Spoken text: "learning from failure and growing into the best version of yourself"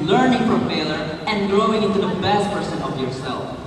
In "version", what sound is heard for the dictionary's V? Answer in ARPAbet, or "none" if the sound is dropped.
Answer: P